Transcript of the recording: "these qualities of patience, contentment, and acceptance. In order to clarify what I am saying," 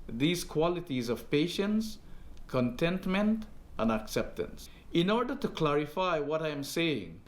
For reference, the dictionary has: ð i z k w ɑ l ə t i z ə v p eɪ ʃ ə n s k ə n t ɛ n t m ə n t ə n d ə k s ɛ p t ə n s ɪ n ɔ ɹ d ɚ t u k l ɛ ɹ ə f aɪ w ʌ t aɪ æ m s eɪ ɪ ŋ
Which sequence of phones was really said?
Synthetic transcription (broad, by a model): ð i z k w ɑ l ə t i z ə v p eɪ ʃ ə n s k ə n t ɛ n t m ə n t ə n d ə k s ɛ p t ə n s ɪ n ɔ ɹ d ɚ t u k l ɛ ɹ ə f aɪ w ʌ t aɪ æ m s eɪ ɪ ŋ